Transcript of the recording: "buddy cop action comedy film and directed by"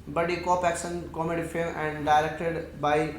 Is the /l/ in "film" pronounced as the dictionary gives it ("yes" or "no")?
no